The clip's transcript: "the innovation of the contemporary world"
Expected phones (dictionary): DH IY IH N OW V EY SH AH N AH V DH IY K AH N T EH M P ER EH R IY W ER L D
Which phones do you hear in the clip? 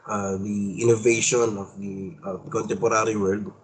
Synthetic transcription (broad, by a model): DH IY IH N OW V EY SH AH N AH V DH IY K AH N T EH M P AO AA R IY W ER L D